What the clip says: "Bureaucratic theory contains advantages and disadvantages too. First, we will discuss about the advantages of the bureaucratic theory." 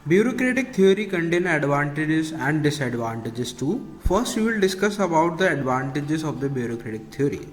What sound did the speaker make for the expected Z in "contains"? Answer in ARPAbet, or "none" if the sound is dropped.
none